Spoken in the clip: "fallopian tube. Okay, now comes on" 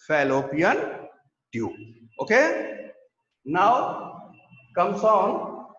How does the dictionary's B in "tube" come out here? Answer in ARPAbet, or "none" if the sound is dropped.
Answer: none